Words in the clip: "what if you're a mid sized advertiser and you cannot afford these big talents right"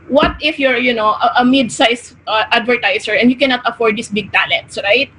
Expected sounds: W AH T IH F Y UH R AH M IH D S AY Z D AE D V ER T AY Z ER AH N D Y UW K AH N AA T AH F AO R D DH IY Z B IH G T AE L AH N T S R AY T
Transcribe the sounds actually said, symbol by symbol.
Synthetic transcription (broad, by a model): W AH T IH F Y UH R AH M IH D S AY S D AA D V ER T AY S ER AH N D Y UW K AH N AA T AH F AO R D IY S B IH G T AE L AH N T S R AY T